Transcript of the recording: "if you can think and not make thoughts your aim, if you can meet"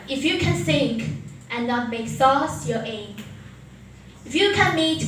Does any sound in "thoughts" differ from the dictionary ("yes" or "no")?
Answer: yes